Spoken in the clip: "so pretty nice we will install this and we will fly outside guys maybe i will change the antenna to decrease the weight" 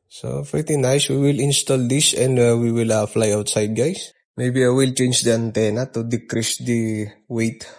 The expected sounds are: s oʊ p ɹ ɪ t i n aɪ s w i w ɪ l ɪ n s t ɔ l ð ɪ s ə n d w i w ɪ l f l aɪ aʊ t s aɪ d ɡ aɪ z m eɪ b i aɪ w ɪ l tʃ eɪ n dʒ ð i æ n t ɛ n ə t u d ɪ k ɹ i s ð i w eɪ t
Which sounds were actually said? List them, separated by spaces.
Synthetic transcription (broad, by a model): s oʊ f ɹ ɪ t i n aɪ s w i w ɪ l ɪ n s t ɔ l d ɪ s ə n d w i w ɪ l f l aɪ aʊ t s aɪ d ɡ aɪ s m eɪ b i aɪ w ɪ l tʃ eɪ n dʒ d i æ n t ɛ n ə t u d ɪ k ɹ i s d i w eɪ t